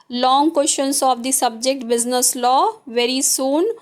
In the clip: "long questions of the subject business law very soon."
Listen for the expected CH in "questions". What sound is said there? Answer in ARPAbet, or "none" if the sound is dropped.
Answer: SH